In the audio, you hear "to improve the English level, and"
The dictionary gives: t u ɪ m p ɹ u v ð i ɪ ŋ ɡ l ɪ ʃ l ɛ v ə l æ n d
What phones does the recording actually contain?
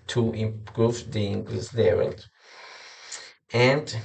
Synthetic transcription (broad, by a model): t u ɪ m p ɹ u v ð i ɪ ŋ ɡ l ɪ s l ɛ v ə l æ n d